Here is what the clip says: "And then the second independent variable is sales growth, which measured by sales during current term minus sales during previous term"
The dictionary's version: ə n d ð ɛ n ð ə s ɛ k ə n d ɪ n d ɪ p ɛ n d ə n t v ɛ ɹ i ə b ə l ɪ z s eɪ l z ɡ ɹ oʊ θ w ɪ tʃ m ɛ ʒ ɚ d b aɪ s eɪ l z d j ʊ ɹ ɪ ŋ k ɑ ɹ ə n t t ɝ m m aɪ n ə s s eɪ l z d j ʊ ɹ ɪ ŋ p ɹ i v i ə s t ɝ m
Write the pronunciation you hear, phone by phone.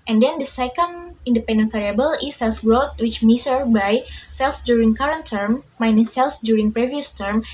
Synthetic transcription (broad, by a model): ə n d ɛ n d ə s ɛ k ə n d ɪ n d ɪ p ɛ n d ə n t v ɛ ɹ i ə b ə l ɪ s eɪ l s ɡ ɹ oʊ t w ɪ tʃ m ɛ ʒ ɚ b aɪ s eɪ l s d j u ɹ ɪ ŋ k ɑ ɹ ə n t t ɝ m m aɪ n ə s s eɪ l s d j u ɹ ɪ ŋ p ɹ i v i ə s t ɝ m